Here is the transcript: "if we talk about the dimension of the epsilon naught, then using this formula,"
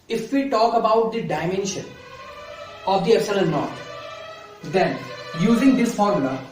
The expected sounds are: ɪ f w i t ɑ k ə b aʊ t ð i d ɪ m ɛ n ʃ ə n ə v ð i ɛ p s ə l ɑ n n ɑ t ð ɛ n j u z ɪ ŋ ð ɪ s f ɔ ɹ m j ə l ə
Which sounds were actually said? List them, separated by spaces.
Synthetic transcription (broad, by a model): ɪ f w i t ɑ k ə b aʊ t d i d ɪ m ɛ n ʃ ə n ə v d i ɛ s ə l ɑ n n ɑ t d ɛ n j u z ɪ ŋ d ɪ s f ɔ ɹ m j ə l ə